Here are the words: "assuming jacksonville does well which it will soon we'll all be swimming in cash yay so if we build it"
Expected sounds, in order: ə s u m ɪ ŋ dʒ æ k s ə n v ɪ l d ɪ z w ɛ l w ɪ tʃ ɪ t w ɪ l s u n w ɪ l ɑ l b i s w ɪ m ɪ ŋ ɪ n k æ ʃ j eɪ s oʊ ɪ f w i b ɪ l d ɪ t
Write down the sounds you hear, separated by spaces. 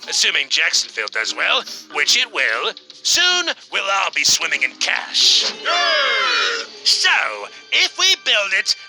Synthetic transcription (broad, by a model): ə s u m ɪ ŋ dʒ æ k s n f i l d ɪ z w ɛ l w ɪ tʃ ɪ t w ɪ l s u n w ɪ l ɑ l b i s w ɪ m ɪ ŋ ɪ n k æ ʃ s oʊ ɪ f w i b ɪ l d ɪ t